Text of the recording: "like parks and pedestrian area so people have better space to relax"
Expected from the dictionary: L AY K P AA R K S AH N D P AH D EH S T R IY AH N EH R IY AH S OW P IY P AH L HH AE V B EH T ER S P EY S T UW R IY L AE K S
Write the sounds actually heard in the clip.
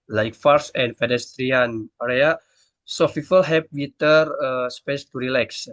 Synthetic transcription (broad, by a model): L AY K F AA R S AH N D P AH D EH S T R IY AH N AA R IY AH S OW F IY F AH L HH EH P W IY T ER S P EY S T UW R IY L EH K S